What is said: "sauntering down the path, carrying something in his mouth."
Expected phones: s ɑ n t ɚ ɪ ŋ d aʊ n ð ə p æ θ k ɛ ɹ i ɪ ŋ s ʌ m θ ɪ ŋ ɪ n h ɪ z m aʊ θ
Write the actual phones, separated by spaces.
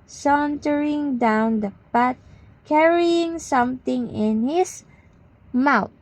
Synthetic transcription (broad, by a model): s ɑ n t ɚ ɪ ŋ d aʊ n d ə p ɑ t k ɛ ɹ i ɪ ŋ s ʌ m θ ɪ ŋ ɪ n h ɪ s m aʊ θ